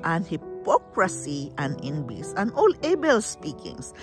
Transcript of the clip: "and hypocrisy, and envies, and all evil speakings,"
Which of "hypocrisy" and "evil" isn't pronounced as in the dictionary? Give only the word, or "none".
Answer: evil